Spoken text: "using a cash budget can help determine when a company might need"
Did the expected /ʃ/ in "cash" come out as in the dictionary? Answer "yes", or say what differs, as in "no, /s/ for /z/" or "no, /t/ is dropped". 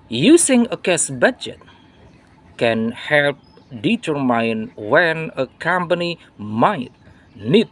no, /s/ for /ʃ/